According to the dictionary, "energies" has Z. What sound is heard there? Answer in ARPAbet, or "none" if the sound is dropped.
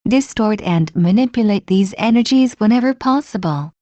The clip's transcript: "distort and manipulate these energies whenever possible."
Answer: Z